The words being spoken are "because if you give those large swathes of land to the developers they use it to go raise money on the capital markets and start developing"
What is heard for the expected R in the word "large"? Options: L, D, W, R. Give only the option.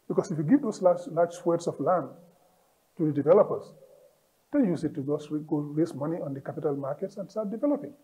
L